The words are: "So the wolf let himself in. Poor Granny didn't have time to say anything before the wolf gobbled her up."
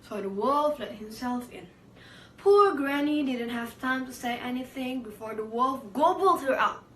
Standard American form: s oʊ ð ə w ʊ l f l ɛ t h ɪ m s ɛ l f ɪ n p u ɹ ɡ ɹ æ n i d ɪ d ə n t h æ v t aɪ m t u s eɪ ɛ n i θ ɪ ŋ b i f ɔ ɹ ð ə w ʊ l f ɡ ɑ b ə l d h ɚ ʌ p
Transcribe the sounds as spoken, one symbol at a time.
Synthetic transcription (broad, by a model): s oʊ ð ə w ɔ l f l ɛ t h ɪ m s ɛ l f ɪ n p u ɹ ɡ ɹ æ n i d ɪ d ə n t h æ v t aɪ m t u s eɪ ɛ n i θ ɪ ŋ b i f ɔ ɹ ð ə w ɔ l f ɡ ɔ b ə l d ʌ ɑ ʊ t